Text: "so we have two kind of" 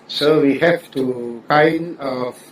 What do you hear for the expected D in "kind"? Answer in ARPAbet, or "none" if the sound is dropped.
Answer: none